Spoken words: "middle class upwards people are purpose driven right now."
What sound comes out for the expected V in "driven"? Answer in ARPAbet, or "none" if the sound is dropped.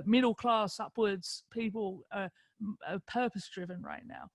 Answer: V